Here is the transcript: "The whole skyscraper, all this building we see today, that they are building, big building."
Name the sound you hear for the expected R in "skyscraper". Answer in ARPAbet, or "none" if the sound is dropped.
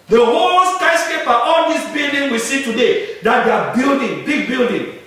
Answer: none